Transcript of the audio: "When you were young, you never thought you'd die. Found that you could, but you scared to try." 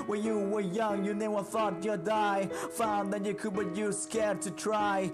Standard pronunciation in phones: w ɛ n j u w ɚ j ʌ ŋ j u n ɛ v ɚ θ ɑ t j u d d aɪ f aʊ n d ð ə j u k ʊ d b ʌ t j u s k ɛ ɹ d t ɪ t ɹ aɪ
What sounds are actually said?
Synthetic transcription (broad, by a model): w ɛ n j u w ɚ j ʌ ŋ j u n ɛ w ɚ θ ɑ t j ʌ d d aɪ f aʊ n ð ə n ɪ k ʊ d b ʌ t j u s k ɛ ɹ d t ɪ t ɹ aɪ